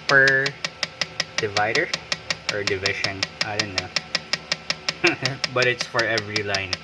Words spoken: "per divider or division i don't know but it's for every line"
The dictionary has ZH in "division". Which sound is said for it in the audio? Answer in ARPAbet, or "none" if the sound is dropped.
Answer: SH